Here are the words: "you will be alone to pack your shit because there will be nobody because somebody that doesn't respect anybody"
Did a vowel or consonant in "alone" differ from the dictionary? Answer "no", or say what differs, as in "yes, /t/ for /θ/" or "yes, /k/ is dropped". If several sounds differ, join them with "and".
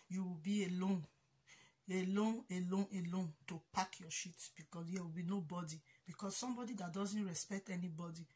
no